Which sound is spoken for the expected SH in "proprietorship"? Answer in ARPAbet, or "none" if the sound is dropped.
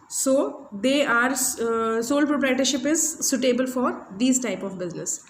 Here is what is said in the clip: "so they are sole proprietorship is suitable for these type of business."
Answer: SH